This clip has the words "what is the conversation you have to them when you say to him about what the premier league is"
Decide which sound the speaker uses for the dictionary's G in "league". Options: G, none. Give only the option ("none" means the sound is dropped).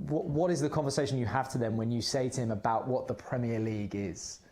G